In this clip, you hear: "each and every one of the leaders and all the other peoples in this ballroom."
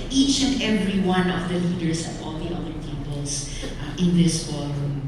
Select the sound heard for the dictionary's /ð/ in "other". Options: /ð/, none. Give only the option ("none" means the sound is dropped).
none